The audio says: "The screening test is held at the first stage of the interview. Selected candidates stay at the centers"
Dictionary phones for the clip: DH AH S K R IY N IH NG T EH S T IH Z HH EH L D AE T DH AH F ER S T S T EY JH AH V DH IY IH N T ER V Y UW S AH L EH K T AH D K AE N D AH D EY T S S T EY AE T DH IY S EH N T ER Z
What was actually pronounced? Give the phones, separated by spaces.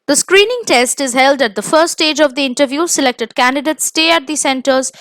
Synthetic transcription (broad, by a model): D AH S K R IY N IH NG T EH S T IH Z HH EH L D AE T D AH F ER T S T EY JH AH V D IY IH N T ER V Y UW S AH L EH K T AH D K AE N D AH D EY T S S T EY AE T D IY S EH N T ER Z